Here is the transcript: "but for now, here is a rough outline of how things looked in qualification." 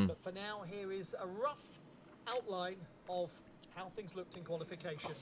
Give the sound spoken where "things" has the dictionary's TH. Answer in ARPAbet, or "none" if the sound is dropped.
TH